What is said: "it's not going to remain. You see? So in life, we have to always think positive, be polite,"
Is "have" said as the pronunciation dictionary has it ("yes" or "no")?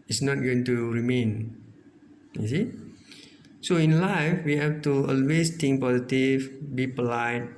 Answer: no